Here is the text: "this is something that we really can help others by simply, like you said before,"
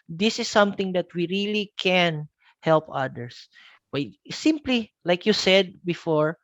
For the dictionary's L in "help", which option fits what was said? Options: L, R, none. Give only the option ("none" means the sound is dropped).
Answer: L